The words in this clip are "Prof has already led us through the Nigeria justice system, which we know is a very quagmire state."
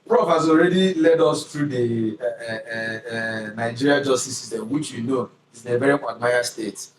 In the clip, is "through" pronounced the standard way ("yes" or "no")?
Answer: no